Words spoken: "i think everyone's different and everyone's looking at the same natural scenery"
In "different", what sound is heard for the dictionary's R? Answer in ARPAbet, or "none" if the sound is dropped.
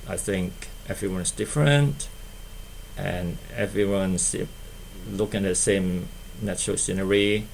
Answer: R